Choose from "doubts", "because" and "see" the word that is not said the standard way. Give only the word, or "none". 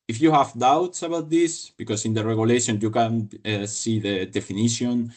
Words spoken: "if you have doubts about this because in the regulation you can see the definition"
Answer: because